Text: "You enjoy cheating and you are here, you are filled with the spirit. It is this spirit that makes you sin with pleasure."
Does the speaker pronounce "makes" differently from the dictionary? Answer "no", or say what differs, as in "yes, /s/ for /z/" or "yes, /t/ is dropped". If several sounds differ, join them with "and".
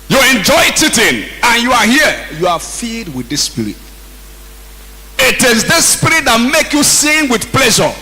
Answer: yes, /s/ is dropped